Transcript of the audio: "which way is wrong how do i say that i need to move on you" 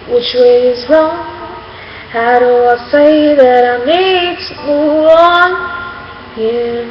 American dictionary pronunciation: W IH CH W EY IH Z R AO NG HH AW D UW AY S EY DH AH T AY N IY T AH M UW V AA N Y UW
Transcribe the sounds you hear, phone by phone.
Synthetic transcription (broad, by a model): W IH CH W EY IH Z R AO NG HH AW D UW AY S EY DH AH T AY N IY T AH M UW AA N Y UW